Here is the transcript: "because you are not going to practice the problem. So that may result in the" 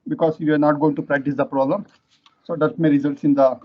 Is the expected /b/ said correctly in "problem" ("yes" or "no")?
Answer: yes